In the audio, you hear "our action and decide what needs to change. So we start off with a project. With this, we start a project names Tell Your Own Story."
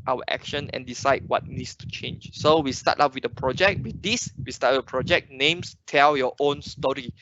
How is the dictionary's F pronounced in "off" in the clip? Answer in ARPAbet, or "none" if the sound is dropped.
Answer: P